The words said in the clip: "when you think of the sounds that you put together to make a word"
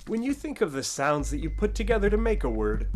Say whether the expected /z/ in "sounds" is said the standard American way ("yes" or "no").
yes